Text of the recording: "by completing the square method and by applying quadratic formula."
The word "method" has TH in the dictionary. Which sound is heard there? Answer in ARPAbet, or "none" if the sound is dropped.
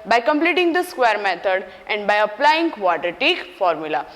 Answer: T